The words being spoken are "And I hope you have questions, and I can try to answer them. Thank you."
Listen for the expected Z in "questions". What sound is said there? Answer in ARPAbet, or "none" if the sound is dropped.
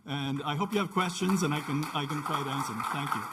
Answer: Z